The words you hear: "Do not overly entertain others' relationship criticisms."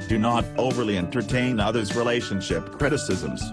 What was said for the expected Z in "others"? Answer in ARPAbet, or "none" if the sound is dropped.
Z